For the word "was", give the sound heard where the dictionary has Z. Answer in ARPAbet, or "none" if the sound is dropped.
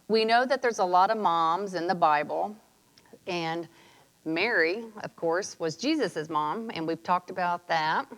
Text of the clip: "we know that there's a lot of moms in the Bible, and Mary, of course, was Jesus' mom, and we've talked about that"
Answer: Z